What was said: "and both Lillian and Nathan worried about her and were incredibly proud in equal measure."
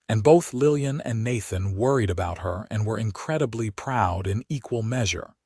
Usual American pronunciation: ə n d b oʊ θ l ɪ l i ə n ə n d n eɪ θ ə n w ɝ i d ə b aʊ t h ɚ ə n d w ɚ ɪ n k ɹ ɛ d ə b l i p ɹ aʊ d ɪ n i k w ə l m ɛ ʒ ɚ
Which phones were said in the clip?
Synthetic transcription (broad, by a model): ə n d b oʊ θ l ɪ l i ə n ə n n eɪ θ ə n w ɝ i d ə b aʊ t h ɚ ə n w ɚ ɪ n k ɹ ɛ d ə b l i p ɹ aʊ d ɪ n i k w ə l m ɛ ʒ ɚ